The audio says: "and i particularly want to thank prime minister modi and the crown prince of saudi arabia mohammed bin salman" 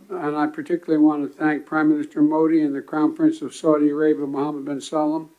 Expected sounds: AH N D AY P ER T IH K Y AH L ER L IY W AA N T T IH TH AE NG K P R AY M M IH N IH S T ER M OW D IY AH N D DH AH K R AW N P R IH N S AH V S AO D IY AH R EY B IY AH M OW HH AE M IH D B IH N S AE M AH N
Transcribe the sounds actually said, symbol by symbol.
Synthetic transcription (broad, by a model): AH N AY P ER T IH K Y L L IY W AA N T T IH TH AE NG K P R AY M M IH N IH S T ER M OW D IY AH N DH AH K AW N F R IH N S AH V S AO D IY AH R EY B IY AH M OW HH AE M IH D B IH N S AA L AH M